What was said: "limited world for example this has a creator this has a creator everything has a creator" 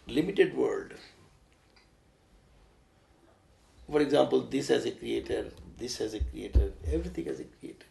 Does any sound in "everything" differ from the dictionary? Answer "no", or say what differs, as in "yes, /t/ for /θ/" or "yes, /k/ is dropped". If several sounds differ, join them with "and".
yes, /t/ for /θ/